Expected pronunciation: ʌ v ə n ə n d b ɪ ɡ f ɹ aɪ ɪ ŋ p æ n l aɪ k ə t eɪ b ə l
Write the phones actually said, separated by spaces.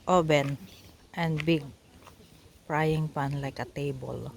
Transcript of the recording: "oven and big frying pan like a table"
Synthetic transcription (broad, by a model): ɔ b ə n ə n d b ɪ ɡ p ɹ aɪ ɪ ŋ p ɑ n l aɪ k ə t eɪ b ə l